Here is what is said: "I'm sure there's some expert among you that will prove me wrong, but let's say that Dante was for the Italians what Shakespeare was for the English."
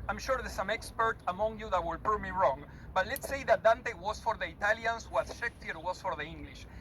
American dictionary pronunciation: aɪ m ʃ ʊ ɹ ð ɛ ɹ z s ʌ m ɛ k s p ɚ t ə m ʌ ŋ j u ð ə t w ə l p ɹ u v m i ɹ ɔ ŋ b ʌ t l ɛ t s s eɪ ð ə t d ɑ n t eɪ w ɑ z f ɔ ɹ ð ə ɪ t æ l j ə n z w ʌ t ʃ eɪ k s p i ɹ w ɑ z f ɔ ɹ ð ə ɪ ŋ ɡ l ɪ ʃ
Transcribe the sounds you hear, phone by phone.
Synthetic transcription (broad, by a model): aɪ m ʃ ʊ ɹ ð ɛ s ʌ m ɛ k s p ɚ t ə m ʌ ŋ j u ð ə t w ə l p u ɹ m i ɹ ɔ ŋ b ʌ t l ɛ t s s eɪ ð ə t d ɑ n t eɪ w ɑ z f ɔ ɹ ð ə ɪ t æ l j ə n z w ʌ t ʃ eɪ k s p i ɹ w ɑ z f ɔ ɹ ð ə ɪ ŋ ɡ l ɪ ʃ